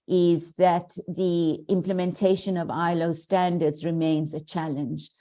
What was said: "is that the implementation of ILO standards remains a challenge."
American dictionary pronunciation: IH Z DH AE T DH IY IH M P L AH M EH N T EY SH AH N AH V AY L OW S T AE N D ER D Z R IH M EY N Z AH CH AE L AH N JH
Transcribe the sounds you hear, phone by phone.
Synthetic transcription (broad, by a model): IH Z DH AE T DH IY IH M P L AH M EH N T EY SH AH N AH V AY L OW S T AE N D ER D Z R IH M EY N Z AH CH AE L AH N JH